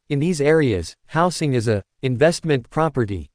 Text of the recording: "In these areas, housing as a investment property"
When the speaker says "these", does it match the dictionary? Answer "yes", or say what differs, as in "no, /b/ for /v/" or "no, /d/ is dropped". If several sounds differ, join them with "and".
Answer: yes